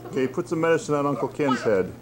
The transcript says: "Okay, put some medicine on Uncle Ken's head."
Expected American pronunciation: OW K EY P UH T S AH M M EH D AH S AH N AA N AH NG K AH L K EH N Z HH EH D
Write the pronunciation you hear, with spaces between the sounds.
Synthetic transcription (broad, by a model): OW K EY P UH T S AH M M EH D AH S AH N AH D AH NG K AH L K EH N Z HH EH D